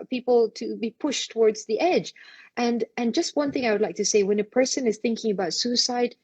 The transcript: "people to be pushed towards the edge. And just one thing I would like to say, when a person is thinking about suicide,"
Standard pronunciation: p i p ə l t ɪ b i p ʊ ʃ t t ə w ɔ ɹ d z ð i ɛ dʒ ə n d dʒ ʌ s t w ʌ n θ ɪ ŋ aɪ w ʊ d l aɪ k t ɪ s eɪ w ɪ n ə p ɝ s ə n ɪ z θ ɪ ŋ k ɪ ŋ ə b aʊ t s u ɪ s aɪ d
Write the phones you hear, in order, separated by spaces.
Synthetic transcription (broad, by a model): p i p l t ɪ b i p ʊ ʃ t t ə w ɔ ɹ d z ð i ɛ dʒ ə n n dʒ ʌ s t w ʌ n θ ɪ ŋ aɪ w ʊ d l aɪ k t ɪ s eɪ w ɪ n ə p ɝ s ə n ɪ z θ ɪ ŋ k ɪ ŋ ə b aʊ t s u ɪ s aɪ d